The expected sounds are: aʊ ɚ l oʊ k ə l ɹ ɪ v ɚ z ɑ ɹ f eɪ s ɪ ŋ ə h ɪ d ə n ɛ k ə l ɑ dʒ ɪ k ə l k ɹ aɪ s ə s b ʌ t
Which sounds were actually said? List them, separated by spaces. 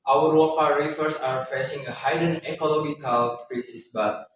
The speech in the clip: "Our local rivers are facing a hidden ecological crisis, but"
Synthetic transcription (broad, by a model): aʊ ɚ w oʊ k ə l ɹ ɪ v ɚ s ɑ ɹ f eɪ s ɪ ŋ ə h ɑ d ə n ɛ k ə l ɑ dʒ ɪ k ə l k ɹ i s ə s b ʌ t